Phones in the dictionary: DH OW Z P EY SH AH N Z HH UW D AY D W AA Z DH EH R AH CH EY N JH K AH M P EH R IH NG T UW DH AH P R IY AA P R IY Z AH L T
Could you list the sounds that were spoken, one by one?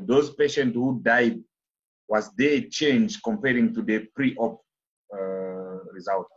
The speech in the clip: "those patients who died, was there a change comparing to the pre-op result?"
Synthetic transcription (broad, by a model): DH OW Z P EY SH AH N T HH UW D AY D W AA Z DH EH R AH CH EY N JH K AH M P EH R IH NG T UW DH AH P R IY AA P R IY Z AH L T